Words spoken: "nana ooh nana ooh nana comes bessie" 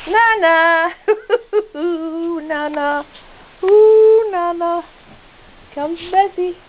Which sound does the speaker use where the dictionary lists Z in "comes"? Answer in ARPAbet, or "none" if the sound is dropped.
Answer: none